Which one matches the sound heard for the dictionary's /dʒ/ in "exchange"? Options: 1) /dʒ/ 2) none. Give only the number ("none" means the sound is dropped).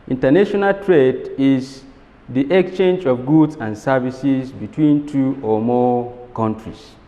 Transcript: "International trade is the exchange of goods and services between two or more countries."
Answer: 1